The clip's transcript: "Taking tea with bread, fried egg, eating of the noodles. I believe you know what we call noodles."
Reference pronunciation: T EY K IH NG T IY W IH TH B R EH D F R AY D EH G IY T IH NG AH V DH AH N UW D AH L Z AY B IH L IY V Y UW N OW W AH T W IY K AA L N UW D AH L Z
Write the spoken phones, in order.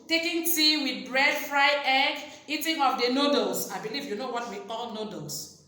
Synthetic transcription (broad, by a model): T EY K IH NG T IY W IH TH B R EH D F R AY EH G IY T IH NG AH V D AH N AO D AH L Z AY B IH L IY V Y UW N OW W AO T W IY K AA L N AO D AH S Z